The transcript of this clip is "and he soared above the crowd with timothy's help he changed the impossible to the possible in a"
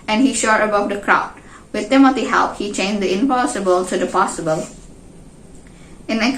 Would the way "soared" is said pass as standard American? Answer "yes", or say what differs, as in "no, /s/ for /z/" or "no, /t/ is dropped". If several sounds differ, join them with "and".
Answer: no, /ʃ/ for /s/